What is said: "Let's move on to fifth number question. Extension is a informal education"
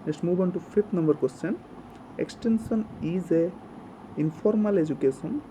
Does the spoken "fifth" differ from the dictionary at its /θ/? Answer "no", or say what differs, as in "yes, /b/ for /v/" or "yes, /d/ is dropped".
yes, /t/ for /θ/